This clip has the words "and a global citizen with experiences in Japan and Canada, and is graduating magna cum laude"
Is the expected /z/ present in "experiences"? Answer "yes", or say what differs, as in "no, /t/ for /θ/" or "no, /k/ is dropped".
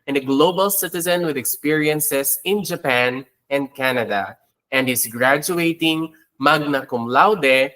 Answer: no, /s/ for /z/